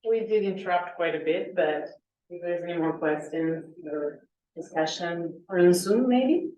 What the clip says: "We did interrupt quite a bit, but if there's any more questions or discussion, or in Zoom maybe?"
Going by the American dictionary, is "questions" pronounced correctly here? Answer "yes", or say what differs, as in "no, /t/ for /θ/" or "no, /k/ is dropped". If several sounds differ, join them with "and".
no, /z/ is dropped